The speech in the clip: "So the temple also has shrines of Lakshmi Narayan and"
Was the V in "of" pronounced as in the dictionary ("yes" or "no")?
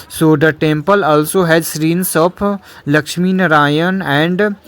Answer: no